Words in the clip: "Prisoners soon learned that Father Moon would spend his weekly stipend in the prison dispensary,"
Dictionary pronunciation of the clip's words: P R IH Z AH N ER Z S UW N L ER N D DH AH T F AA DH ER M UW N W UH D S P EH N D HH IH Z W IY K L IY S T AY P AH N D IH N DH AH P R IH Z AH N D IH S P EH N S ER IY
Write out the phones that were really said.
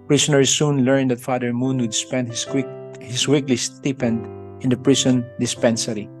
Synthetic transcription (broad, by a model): P R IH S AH N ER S S UW N L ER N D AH T F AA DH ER M UW N W UH D S P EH N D HH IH S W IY K L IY S T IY P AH N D IH N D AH P R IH S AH N D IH S P EH N S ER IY